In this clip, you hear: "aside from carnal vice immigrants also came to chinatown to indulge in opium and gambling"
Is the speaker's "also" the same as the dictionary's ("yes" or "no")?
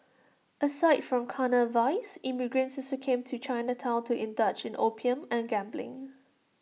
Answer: no